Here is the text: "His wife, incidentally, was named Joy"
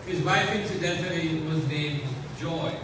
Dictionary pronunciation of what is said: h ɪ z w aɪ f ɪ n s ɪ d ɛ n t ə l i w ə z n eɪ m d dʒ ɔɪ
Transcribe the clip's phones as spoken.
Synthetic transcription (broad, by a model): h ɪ z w aɪ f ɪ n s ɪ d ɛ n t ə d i w ə z n eɪ m d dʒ ɔɪ